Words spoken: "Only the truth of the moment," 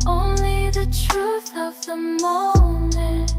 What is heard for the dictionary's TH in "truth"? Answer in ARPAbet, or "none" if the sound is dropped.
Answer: TH